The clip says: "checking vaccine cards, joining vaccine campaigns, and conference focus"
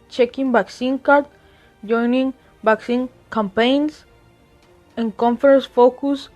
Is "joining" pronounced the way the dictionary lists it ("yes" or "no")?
yes